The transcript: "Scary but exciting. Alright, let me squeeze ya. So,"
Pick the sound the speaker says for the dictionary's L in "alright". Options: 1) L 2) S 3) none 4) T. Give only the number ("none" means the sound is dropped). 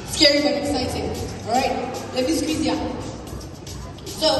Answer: 3